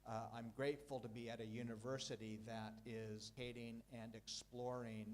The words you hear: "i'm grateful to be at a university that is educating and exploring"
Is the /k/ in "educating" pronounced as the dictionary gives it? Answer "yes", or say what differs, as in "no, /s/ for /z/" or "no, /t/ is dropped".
no, /k/ is dropped